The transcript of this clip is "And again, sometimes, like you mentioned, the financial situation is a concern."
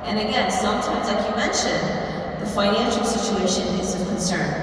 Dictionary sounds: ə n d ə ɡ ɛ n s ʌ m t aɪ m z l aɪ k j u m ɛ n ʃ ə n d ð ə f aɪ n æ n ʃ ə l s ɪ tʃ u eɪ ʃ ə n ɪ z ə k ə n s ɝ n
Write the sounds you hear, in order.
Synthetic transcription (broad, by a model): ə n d ə ɡ ɛ n s ʌ m t aɪ m z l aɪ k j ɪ m ɛ n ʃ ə n ð ə f aɪ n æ n ʃ l s ɪ tʃ u eɪ ʃ ə n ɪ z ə k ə n s ɝ n